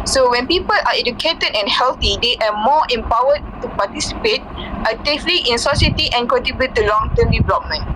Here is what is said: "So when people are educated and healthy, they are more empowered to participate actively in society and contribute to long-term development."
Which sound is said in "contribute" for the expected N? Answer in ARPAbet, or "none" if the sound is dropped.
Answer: none